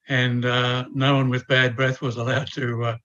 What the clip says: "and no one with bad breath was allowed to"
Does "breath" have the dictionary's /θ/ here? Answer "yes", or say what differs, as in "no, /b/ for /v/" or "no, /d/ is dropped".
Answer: yes